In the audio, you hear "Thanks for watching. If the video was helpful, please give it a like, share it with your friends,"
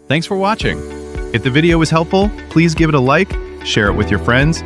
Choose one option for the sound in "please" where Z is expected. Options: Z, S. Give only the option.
Z